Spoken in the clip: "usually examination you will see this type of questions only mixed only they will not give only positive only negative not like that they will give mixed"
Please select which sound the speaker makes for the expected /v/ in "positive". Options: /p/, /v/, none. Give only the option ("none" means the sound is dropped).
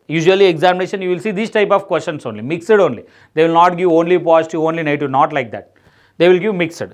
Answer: none